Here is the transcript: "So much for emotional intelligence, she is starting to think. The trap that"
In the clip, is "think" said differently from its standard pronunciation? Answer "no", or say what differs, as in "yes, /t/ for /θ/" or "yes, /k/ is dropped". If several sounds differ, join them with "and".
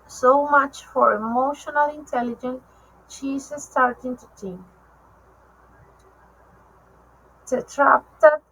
yes, /t/ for /θ/